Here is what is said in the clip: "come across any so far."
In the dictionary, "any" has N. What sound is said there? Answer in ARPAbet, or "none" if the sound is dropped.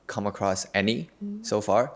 N